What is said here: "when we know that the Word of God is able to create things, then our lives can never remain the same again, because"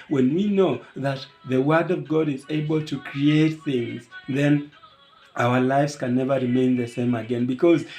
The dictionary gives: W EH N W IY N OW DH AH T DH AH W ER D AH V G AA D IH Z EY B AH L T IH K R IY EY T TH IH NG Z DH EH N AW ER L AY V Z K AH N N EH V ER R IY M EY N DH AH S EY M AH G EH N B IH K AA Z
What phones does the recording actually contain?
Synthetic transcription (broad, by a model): W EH N W IY N OW DH AH T DH AH W ER D AH V G AA D IH Z EY B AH L T IH K R IY EY T TH IH NG Z DH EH N AW ER L AY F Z K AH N N EH V ER R IY M EY N DH AH S EY M AH G EH N B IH K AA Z